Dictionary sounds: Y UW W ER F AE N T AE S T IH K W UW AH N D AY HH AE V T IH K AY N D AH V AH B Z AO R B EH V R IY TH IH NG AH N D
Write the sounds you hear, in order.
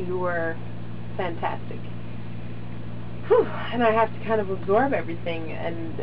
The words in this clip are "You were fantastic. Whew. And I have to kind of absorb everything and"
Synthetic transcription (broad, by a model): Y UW W ER F AE N T AE S T IH K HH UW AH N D AY HH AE F T IH K AY N D AH V AH B Z AO R B EH V R IY TH IH NG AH N